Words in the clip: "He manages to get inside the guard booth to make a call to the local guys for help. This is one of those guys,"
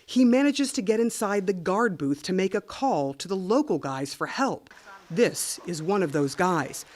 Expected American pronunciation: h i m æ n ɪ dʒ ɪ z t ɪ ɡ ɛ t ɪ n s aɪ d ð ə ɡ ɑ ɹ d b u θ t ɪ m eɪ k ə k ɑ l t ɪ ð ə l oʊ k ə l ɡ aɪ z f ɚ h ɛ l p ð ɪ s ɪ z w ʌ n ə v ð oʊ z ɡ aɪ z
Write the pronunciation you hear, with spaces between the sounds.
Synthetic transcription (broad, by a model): h i m æ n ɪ dʒ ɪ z t ɪ ɡ ɛ t ɪ n s aɪ d ð ə ɡ ɑ ɹ d b u θ t ɪ m eɪ k ə k ɑ l t ɪ ð ə l oʊ k l ɡ aɪ z f ɚ h ɛ l p ð ɪ s ɪ z w ʌ n ə v ð oʊ z ɡ aɪ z